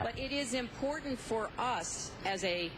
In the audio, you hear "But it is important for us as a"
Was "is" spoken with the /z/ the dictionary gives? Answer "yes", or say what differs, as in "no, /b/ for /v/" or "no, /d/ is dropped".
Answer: yes